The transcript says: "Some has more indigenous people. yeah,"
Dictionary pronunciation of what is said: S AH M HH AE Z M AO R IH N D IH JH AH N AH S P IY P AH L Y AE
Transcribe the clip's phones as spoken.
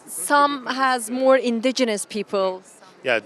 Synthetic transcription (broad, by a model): S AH M HH AE Z M AO R IH N D IH JH AH N AH S P IY P AH L Y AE